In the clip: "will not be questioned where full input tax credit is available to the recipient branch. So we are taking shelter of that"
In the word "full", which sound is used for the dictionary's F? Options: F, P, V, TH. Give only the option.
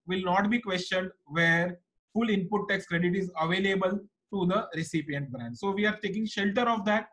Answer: F